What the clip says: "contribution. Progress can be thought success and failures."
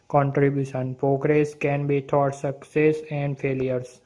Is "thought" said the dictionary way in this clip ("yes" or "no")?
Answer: no